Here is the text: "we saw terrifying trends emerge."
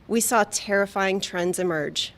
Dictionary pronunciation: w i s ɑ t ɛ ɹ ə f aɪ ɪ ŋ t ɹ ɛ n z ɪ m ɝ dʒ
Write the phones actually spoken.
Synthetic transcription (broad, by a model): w i s ɑ t ɛ ɹ ə f aɪ ɪ ŋ t ɹ ɛ n z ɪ m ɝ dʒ